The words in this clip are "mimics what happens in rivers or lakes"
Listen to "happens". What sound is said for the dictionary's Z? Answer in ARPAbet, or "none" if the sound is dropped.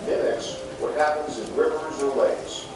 Z